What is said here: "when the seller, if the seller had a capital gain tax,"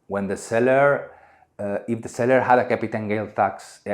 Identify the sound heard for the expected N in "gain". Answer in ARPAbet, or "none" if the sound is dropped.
L